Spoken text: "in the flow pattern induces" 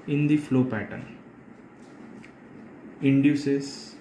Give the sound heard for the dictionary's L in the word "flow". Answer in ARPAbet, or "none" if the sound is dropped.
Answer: L